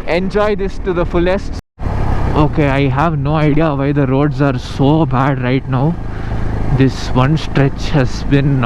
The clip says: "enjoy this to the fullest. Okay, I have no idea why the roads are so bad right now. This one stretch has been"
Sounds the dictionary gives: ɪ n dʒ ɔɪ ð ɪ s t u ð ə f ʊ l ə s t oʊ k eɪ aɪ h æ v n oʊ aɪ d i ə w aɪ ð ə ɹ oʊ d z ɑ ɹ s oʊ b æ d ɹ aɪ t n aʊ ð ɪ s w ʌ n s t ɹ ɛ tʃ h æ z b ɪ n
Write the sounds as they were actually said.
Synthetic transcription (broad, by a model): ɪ n dʒ ɔɪ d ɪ s t u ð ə f ʊ l ə s t oʊ k eɪ aɪ h æ v n oʊ aɪ d i ə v aɪ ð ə ɹ oʊ d z ɑ ɹ s oʊ b æ d ɹ aɪ t n aʊ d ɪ s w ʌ n s t ɹ ɛ tʃ h æ z b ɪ n